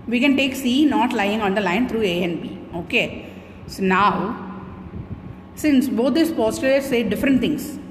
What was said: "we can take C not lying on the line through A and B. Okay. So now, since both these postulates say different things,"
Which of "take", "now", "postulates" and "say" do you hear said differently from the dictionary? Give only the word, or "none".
postulates